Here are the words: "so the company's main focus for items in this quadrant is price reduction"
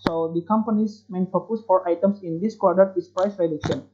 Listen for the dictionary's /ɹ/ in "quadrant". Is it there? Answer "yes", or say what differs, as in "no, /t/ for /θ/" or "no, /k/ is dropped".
no, /ɹ/ is dropped